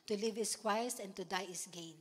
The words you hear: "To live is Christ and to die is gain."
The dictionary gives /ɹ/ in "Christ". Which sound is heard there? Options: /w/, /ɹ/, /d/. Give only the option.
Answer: /w/